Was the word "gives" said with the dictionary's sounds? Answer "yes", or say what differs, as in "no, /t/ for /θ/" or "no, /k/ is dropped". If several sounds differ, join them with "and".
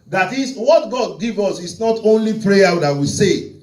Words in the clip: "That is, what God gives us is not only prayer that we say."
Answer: no, /z/ is dropped